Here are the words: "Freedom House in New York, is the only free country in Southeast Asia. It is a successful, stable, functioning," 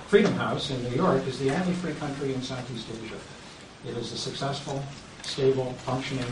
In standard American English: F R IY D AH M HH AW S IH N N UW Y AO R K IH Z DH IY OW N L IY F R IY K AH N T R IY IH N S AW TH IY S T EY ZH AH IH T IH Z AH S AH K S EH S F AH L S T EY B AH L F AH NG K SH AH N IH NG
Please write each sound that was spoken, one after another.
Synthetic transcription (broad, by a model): F R IY D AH M HH AW S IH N N UW Y AO R K IH Z DH IY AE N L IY F R IY K AH N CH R IY IH N S AW TH IY S T EY ZH AH IH T IH Z AH S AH K S EH S F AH L S T EY B L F AH NG K SH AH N IH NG